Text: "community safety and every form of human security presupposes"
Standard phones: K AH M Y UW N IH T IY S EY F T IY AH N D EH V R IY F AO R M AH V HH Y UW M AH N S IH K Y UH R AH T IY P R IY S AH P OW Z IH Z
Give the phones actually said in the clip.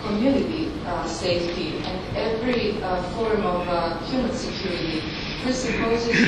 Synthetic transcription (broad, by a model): K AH M Y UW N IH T IY S EY F T IY AH N D EH V R IY F AO R M AH V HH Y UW M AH N S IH K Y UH R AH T IY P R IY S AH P OW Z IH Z